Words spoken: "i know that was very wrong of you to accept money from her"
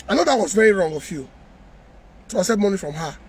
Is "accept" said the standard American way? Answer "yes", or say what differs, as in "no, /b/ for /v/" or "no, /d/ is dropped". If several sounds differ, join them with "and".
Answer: no, /k/ is dropped